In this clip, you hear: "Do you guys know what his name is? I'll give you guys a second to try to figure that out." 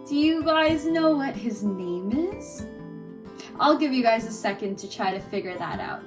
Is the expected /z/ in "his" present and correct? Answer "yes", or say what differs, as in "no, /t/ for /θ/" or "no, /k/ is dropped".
yes